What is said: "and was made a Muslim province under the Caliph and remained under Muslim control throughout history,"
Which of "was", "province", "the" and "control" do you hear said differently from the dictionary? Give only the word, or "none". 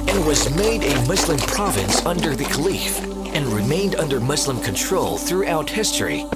none